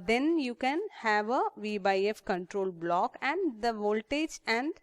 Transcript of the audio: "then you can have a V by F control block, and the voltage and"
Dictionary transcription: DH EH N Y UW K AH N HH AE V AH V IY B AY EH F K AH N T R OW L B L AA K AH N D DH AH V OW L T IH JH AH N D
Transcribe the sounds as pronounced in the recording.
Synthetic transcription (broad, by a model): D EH N Y UW K AH N HH AE V AH V IY B AY EH F K AH N T R OW L B L AA K AH N D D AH V OW L T IH JH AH N D